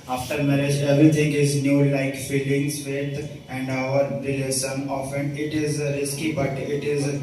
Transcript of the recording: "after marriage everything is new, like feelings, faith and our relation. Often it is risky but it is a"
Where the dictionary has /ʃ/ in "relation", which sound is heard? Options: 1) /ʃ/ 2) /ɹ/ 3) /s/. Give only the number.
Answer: 3